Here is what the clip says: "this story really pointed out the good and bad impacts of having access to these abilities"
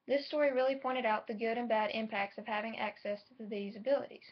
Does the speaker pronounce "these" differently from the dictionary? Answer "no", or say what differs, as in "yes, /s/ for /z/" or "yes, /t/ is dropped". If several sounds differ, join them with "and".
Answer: no